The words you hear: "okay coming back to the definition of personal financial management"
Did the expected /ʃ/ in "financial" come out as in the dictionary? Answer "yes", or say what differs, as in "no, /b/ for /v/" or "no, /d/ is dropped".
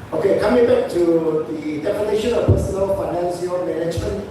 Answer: no, /s/ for /ʃ/